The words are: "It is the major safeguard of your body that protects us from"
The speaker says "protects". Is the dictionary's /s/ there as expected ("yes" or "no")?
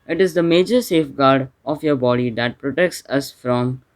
yes